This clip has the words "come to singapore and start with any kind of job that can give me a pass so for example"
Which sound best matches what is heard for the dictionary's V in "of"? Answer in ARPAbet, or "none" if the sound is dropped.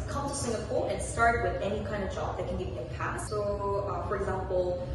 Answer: V